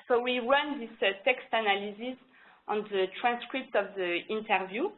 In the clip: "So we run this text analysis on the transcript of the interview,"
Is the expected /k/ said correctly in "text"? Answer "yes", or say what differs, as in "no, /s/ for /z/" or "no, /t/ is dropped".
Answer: yes